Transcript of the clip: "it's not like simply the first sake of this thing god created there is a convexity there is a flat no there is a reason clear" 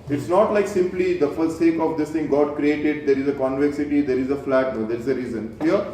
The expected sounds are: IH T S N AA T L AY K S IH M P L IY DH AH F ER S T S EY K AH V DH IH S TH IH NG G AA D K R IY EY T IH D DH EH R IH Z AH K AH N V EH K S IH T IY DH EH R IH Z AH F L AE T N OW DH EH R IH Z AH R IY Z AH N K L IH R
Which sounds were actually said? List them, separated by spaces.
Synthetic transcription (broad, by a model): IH T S N AA T L AY K S IH M P L IY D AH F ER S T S EY K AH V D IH S T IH NG G AA D K R IY EY T IH D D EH R IH Z AH K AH N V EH K S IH T IY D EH R IH Z AH F L AE T N OW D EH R IH Z AH R IY Z AH N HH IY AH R